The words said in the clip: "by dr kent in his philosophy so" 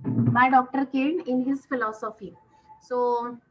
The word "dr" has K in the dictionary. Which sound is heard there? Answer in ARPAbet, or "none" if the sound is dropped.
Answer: K